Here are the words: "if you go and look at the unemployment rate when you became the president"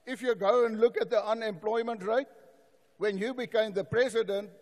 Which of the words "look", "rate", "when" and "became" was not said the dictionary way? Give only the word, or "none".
none